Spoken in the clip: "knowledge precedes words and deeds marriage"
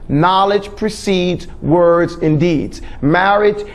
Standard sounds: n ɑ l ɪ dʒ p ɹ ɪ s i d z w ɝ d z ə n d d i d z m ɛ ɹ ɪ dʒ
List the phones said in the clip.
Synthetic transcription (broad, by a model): n ɑ l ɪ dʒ p ɹ ɪ s i d z w ɝ d z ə n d d i d z m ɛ ɹ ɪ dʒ